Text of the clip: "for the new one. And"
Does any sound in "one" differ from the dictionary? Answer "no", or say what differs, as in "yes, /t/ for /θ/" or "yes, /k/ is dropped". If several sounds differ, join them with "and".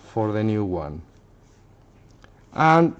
no